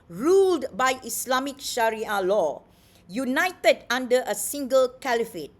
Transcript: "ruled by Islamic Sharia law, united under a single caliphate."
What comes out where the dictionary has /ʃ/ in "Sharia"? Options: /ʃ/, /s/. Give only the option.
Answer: /ʃ/